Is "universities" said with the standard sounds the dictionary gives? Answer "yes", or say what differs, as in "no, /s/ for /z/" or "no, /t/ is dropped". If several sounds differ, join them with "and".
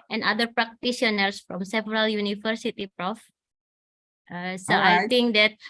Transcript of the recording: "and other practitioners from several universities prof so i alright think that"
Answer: no, /z/ is dropped